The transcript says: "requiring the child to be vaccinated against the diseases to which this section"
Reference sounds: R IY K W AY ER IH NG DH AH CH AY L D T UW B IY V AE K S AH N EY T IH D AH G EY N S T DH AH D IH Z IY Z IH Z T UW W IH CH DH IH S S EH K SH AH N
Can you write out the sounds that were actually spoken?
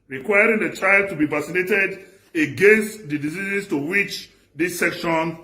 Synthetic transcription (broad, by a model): R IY K W AY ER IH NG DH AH CH AY L D T UW B IY V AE S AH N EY T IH D AH G EY N S T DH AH D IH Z IY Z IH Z T UW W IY CH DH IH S S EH K SH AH N